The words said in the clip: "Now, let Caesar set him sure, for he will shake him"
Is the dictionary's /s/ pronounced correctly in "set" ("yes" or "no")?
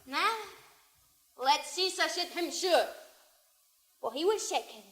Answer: no